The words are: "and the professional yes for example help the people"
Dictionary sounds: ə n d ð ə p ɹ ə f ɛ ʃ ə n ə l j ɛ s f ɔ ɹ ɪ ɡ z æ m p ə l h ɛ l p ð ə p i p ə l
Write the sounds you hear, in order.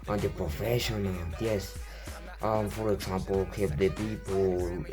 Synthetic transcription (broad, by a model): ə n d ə p ɹ ə f ɛ ʃ ə n ə l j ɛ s f ɔ ɹ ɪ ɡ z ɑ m p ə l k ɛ p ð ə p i p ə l